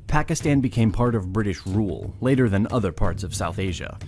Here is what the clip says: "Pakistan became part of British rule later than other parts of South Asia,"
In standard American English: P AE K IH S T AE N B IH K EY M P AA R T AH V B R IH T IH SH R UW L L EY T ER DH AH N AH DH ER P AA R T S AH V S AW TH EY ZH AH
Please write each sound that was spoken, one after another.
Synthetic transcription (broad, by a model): P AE K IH S T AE N B IH K EY M P AA R T AH V B R IH T IH SH R UW L L EY T ER DH AH N AH DH ER P AA R T S AH V S AW TH EY ZH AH